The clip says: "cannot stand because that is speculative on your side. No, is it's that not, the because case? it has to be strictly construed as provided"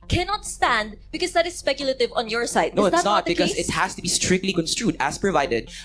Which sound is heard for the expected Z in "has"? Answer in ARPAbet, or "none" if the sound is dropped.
S